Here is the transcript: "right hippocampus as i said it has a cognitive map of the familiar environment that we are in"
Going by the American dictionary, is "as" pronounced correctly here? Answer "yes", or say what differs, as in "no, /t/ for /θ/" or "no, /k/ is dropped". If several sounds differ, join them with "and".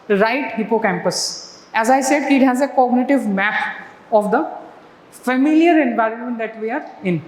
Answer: yes